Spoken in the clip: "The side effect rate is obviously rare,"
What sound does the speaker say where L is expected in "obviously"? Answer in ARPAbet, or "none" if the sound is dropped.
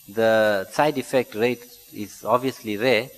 L